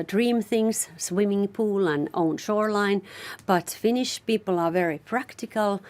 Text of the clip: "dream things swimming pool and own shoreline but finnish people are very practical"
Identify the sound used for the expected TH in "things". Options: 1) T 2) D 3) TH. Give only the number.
3